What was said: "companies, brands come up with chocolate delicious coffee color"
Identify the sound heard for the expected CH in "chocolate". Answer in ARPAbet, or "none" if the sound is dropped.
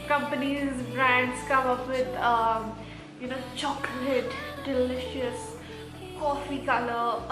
CH